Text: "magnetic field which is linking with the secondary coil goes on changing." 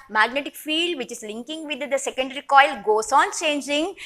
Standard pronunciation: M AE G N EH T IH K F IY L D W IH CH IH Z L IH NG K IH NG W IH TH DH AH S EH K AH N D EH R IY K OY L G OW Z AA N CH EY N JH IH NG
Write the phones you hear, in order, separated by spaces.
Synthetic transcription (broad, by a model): M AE G N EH T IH K F IY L D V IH CH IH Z L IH NG K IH NG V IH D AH S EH K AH N D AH R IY K OY L G OW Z AA N CH EY N JH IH NG